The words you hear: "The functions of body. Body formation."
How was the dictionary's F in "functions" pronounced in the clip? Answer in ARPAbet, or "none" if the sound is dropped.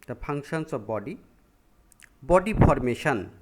P